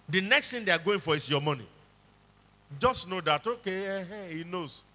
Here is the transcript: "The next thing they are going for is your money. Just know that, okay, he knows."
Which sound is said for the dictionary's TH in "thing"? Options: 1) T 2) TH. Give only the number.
1